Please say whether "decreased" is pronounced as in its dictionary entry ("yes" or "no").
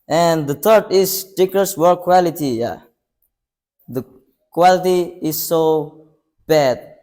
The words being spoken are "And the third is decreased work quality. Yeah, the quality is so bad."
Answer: no